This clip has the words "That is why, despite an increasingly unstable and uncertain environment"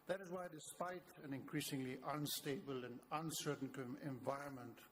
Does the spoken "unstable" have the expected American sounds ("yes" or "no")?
yes